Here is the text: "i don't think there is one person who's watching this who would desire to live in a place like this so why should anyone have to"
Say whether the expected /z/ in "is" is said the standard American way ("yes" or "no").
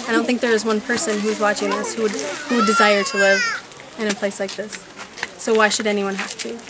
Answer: yes